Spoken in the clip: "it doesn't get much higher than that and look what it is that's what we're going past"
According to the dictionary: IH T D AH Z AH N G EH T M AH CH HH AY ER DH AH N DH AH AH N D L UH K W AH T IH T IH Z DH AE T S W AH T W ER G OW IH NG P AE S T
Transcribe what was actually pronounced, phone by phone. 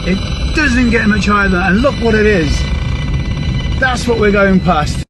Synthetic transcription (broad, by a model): IH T D AH Z AH N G EH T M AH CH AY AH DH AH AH N L UH K W AH T IH T IH Z DH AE T S W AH T W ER G OW IH NG P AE S T